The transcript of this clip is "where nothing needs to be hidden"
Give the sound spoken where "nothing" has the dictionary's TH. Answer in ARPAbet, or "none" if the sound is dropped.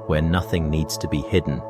TH